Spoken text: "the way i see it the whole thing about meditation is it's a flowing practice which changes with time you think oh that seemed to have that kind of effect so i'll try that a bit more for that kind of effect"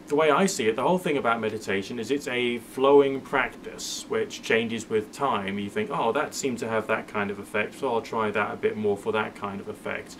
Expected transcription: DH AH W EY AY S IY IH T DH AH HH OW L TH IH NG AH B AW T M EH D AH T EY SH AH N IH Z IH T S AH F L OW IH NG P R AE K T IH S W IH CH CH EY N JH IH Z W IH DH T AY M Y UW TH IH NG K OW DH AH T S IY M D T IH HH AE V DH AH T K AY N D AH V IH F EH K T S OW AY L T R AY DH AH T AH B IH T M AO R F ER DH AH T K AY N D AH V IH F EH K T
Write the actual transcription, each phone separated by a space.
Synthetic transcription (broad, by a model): DH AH W EY AY S IY IH T DH AH HH OW L TH IH NG AH B AW T M EH D AH T EY SH AH N IH Z IH T S AH F L OW IH NG P R AE K T IH S W IH CH CH EY N JH IH Z W IH DH T AY M Y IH TH IH NG K OW DH AH T S IY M T IH V DH AH T K AY N D AH V IH F EH K T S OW AY L T R AY DH AH T AH B IH T M AO R F ER DH AH T K AY N D AH V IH F EH K T